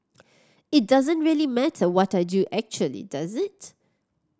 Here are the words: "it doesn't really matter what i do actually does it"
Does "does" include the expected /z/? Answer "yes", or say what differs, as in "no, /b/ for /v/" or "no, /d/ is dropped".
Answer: yes